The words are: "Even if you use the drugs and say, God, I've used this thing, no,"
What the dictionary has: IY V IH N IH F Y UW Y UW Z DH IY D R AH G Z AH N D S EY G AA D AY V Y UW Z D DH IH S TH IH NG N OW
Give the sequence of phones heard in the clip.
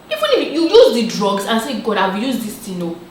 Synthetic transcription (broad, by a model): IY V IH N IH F Y UW Y UW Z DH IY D R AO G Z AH N S EY G AA D AY W Y UW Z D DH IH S T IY N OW